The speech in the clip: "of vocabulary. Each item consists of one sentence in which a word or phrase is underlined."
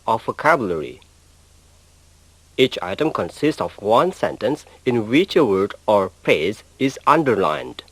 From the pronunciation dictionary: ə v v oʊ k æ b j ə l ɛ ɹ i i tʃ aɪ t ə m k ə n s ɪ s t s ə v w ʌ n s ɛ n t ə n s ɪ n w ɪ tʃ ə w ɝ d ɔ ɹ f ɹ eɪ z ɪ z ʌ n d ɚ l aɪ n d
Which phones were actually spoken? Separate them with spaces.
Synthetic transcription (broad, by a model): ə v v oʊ k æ b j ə l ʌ ɹ i i tʃ aɪ t ə m k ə n s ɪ s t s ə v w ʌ n s ɛ n t ə n s ɪ n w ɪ tʃ ə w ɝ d ɔ ɹ p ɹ eɪ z ɪ z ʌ n d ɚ l aɪ n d